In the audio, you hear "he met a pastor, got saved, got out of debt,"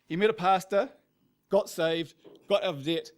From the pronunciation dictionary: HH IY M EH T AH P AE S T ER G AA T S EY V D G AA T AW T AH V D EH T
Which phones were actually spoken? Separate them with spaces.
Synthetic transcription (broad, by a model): HH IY M EH T AH P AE S T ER G AA T S EY V D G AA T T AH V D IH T